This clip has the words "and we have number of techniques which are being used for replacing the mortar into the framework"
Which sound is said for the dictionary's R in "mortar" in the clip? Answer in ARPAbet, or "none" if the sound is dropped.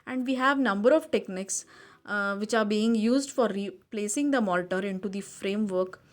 L